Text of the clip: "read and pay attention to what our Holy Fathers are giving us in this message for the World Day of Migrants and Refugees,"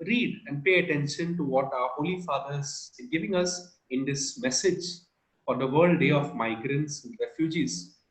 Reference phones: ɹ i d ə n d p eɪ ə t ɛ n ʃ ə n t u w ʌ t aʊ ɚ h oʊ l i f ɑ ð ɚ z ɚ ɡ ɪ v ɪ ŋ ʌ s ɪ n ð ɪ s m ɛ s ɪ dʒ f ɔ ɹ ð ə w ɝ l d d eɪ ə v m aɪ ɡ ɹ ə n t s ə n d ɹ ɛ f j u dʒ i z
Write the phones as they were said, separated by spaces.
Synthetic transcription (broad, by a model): ɹ i d ə n d p eɪ ə t ɛ n ʃ ə n t u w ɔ t aʊ ɚ h oʊ l i f ɑ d ɚ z ɡ ɪ v ɪ ŋ ʌ s ɪ n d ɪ s m ɛ s ɪ dʒ f ɔ ɹ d ə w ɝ l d d eɪ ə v m aɪ ɡ ɹ ə n t s ə n d ɹ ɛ f j u dʒ i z